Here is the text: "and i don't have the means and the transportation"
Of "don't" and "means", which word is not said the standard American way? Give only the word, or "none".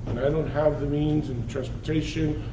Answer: none